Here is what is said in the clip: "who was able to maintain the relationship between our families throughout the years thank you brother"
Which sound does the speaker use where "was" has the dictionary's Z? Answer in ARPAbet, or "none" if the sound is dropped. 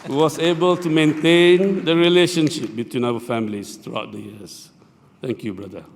S